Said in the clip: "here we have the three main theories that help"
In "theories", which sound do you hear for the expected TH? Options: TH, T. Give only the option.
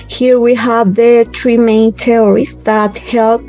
T